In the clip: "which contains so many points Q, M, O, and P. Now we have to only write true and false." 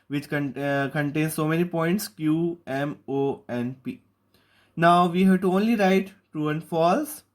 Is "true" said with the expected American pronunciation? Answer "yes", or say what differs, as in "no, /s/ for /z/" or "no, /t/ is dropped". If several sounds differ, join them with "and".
no, /ɹ/ is dropped